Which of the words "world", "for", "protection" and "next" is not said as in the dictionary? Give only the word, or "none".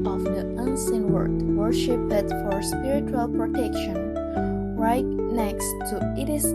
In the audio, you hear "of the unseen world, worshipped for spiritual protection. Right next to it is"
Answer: world